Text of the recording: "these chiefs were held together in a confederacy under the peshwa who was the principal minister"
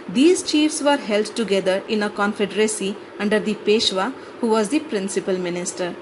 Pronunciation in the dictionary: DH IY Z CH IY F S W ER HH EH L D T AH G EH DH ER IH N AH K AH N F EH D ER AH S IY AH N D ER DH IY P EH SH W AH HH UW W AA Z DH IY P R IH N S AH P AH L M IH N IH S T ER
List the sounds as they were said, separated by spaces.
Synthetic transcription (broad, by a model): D IY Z CH IY F S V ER HH EH L D T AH G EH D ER IH N AH K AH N F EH D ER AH S IY AH N D ER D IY P EH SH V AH HH UW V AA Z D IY P R IH N S AH P AH L M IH N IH S T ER